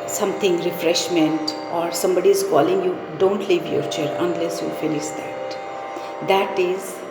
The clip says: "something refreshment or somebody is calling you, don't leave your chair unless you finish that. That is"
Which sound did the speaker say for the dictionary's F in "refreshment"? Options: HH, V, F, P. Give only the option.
F